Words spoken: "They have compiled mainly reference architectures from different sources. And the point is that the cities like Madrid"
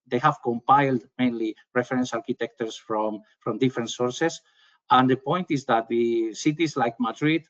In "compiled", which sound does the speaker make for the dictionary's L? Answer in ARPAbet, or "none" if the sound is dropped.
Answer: L